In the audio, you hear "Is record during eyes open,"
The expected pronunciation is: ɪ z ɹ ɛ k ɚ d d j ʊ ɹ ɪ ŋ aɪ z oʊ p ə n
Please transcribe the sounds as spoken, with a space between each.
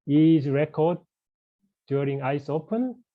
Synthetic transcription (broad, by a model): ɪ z ɹ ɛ k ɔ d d j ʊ ɹ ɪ ŋ aɪ s oʊ p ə n